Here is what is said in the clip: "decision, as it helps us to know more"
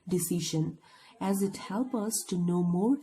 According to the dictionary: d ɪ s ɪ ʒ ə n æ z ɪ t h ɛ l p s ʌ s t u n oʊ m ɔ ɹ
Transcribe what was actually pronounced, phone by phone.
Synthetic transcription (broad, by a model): d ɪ s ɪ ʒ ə n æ z ɪ t h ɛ l p ʌ s t u n oʊ m ɔ ɹ